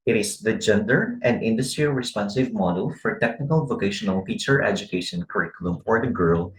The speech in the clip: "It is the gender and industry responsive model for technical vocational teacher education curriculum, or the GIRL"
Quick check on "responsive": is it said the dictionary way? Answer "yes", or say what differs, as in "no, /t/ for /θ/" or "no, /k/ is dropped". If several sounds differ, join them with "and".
yes